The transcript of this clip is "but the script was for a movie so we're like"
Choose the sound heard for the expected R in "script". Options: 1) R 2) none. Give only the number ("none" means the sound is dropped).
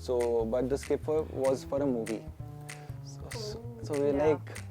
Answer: 2